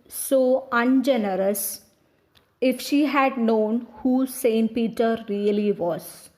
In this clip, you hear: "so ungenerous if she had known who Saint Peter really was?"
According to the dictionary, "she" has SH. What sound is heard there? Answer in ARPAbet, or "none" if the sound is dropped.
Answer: SH